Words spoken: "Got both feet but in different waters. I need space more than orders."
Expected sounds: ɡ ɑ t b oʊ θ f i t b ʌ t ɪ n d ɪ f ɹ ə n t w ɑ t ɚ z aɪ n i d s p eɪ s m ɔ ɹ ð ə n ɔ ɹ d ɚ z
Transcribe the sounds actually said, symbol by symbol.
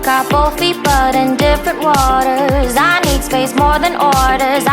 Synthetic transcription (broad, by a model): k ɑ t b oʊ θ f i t b ʌ t ɪ n d ɪ f ɹ ə n t w ɑ t ɚ z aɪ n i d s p eɪ s m ɔ ɹ ð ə n ɔ ɹ d ɚ z